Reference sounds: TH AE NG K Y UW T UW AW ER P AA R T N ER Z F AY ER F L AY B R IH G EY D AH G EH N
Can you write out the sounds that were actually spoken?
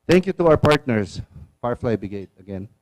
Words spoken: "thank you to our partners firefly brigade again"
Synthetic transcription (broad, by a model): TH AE NG K Y UW T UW AW ER P AA R T N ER S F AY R F L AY B IH G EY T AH G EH N